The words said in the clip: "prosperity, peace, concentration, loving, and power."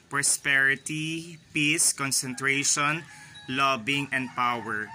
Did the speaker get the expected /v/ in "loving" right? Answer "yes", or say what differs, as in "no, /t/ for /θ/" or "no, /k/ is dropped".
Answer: no, /b/ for /v/